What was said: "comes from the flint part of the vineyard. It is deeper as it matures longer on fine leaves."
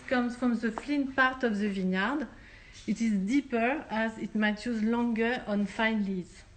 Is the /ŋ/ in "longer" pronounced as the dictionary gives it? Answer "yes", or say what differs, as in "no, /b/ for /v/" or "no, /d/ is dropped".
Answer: yes